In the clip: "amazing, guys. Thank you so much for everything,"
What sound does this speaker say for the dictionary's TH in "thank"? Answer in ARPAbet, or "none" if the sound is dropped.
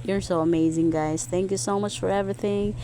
TH